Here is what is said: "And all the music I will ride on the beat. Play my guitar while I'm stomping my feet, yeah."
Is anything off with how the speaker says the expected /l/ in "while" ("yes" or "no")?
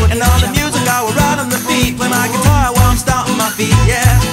yes